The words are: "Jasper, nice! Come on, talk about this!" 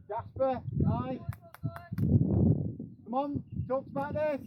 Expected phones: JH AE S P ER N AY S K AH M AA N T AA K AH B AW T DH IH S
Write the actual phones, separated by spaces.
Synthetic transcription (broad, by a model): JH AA S P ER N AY K AH M AA N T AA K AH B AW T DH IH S